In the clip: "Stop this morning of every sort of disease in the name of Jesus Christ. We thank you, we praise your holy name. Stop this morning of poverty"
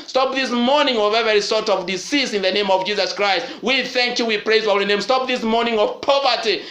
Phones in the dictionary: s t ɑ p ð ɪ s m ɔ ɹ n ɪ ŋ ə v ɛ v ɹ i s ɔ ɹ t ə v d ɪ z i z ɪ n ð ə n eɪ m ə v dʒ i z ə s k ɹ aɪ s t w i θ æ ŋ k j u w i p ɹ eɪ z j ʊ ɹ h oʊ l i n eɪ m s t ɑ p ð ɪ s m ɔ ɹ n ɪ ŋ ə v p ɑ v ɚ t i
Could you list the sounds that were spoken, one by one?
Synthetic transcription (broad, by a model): s t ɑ p ð ɪ s m ɔ ɹ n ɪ ŋ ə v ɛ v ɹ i s ɔ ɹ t ə v d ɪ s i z ɪ n ð ə n eɪ m ə v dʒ i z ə s k ɹ aɪ s t w i θ æ ŋ k j u w i p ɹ eɪ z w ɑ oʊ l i n eɪ m s t ɑ p ð ɪ s m ɔ ɹ n ɪ ŋ ə v p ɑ v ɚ t i